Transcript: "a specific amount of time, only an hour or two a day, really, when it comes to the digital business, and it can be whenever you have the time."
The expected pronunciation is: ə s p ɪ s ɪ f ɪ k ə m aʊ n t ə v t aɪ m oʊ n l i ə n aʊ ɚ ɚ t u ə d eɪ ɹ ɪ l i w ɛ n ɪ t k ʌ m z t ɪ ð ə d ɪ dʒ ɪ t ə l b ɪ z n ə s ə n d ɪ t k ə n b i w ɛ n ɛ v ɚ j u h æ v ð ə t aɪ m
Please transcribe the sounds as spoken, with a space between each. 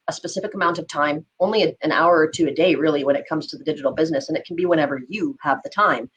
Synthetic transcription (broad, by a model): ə s p ɪ s ɪ f ɪ k ə m aʊ n t ə v t aɪ m oʊ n l i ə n aʊ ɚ ɚ t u ə d eɪ ɹ ɪ l i w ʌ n ɪ t k ʌ m z t ɪ ð ə d ɪ dʒ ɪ t l b ɪ z n ə s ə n ɪ t k n b i w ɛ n ɛ v ɚ j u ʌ v ð ə t aɪ m